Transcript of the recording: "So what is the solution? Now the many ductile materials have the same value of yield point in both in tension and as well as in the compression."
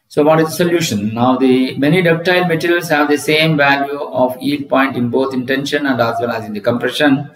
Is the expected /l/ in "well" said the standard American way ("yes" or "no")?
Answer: no